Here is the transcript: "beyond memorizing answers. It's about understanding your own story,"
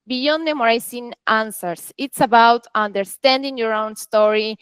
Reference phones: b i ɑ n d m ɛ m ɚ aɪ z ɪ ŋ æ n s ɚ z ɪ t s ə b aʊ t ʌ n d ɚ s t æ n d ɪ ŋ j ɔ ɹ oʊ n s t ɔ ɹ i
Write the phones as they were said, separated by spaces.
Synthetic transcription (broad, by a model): b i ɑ n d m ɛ m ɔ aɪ s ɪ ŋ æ n s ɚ s ɪ t s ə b aʊ t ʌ n d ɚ s t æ n d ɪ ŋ j ɔ ɹ oʊ n s t ɔ ɹ i